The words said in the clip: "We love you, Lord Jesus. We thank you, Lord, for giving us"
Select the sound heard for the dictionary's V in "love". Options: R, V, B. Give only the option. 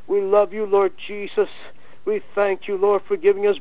V